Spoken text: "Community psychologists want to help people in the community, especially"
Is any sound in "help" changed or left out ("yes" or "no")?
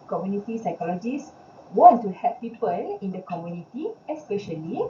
yes